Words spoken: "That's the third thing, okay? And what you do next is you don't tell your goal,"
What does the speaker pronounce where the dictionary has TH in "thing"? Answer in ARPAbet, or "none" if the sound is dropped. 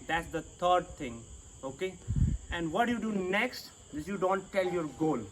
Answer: T